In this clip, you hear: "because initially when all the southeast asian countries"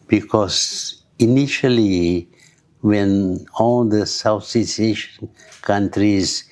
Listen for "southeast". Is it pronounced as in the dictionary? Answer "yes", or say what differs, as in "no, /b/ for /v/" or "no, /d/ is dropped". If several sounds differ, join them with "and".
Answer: no, /s/ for /θ/ and /t/ is dropped